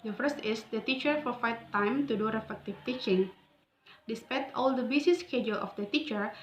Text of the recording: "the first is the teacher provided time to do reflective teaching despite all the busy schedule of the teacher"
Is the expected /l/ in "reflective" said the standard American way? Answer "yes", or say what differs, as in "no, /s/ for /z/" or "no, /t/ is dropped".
no, /l/ is dropped